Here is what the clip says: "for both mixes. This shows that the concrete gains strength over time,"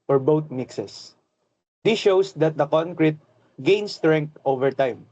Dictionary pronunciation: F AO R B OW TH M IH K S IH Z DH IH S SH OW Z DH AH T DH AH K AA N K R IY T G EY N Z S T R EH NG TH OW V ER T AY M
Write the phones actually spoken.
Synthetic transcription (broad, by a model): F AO R B OW T M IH K S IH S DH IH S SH OW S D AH T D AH K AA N K R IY T G EY N S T R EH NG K OW V ER T AY M